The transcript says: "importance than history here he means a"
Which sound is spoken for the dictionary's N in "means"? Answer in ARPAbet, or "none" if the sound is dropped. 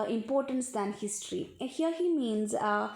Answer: N